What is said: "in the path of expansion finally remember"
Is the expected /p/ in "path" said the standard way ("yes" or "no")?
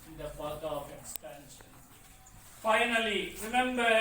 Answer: no